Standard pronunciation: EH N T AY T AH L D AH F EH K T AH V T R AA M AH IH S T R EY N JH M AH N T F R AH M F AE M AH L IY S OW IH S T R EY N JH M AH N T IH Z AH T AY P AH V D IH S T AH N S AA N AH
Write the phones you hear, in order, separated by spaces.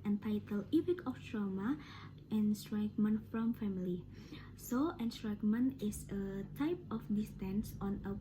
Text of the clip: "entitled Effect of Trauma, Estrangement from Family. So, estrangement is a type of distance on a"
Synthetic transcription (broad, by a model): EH N T AY T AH L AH P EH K AH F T R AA M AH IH S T R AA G M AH N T F R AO M F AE M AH L IY S OW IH S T R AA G M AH N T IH S AH T AY P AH F D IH S T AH N S AA N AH